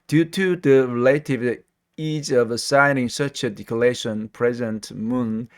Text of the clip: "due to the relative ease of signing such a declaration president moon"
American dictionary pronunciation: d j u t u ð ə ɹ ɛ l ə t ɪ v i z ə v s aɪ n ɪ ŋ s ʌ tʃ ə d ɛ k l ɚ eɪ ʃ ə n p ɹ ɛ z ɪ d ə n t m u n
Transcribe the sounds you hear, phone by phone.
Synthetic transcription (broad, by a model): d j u t u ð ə ɹ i l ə t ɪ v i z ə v s aɪ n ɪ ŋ s ʌ tʃ ə d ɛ k ɚ eɪ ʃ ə n p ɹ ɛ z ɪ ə n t m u n